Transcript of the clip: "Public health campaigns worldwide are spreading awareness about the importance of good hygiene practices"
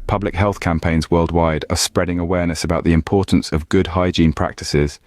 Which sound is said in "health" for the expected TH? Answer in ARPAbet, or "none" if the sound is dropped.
TH